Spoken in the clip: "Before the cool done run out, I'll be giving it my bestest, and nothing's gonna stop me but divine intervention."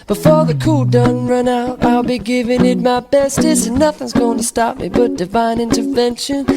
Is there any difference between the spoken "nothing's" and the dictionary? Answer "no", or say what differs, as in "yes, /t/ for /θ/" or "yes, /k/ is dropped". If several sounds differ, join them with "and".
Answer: no